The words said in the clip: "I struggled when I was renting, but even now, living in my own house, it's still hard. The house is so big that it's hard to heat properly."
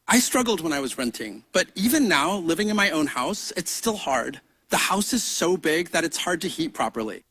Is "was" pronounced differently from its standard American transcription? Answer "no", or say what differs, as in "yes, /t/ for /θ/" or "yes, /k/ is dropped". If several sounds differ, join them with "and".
no